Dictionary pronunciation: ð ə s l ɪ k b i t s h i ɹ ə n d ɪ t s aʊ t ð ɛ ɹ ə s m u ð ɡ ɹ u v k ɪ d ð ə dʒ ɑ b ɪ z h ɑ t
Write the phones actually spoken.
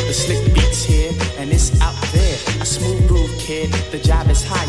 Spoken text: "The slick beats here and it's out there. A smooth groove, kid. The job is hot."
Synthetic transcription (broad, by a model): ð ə s l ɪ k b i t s h i ɹ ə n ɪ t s aʊ t ð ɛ ɹ ə s m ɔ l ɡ ɔ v k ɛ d ð ə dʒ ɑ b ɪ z h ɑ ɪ